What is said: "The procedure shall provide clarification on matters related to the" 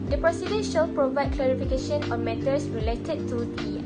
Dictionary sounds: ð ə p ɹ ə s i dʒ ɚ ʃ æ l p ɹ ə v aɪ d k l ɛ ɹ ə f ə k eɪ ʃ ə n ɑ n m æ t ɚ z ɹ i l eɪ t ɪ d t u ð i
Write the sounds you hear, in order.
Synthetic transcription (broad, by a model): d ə p ɹ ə s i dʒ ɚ ʃ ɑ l p ɹ ə v aɪ d k l ɛ ɹ ə f ə k eɪ ʃ ə n ɑ n m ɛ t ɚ s ɹ i l eɪ t ɪ d t u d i